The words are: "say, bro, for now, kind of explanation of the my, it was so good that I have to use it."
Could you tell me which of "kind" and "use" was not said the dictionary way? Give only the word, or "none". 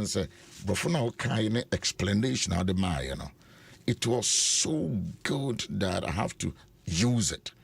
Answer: kind